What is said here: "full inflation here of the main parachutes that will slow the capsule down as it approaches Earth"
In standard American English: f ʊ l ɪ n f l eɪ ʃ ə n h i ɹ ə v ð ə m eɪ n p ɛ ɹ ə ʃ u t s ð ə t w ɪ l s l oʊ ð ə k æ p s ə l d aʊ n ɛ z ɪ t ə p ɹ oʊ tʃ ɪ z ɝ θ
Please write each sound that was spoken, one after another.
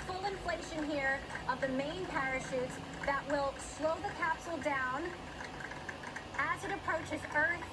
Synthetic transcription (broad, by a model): f ʊ l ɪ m f l eɪ ʃ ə n h i ɹ ə v ð ə m eɪ n p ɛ ɹ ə ʃ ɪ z ð ə t w ɪ l s l oʊ ð ə k æ p s l d aʊ n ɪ z ɪ t ə p ɹ oʊ tʃ ɪ z ɝ